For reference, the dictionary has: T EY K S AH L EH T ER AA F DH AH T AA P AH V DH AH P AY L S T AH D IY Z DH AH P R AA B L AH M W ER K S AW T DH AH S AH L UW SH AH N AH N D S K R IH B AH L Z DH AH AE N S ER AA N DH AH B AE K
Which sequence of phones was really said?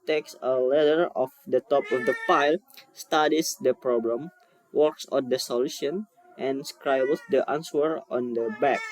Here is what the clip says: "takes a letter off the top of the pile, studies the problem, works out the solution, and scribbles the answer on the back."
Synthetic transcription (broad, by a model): T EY K S AH L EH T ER AA F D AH T AA P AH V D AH F AY L S T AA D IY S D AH P R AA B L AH M W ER K S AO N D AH S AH L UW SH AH N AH N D S K R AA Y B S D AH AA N S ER AA N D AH B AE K